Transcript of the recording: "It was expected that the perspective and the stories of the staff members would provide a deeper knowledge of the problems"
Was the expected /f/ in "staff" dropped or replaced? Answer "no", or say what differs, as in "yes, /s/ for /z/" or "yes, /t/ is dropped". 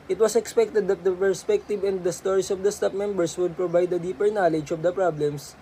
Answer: yes, /p/ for /f/